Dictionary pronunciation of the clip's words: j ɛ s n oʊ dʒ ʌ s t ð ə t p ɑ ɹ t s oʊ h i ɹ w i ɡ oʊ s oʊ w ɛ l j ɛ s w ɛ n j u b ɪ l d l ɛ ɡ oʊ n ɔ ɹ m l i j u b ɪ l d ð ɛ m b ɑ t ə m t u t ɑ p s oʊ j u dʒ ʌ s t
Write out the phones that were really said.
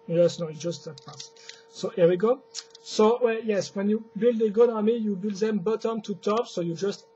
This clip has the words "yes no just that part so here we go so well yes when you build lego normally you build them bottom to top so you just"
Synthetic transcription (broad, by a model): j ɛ s n oʊ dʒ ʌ s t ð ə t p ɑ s s oʊ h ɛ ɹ w i ɡ oʊ s oʊ w ɛ l j ɛ s w ɛ n j u b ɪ l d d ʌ ɡ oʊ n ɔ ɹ m i j u b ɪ l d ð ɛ m b ɑ t ə m t u t ɑ p s oʊ j u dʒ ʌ s t